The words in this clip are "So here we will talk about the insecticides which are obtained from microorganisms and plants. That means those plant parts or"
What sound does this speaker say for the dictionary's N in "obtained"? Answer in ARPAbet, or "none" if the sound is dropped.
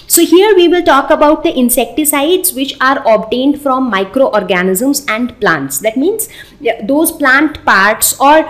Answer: N